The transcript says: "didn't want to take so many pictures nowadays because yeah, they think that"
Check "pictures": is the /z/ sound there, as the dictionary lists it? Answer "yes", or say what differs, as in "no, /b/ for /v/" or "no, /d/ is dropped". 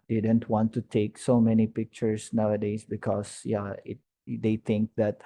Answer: no, /s/ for /z/